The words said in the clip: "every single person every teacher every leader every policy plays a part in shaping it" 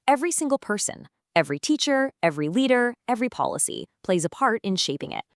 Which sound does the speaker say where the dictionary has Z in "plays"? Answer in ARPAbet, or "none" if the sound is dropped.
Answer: Z